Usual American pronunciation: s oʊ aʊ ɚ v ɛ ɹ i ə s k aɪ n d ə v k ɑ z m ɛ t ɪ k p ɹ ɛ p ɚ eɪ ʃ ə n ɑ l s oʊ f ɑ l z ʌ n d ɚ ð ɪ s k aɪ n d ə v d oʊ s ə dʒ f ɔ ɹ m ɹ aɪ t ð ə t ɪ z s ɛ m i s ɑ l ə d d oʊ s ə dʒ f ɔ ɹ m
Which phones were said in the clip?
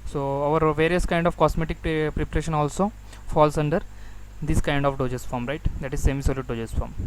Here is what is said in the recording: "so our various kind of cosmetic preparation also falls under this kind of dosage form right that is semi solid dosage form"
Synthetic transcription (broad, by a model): s oʊ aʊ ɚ v ɛ ɹ i ə s k aɪ n d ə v k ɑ s m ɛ t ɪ k p ɹ ɛ p ɚ eɪ ʃ ə n ɑ l s oʊ f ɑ l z ʌ n d ɚ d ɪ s k aɪ n d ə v d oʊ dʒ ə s f ɔ ɹ m ɹ aɪ t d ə t ɪ z s ɛ m i s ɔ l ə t d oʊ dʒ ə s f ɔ ɹ m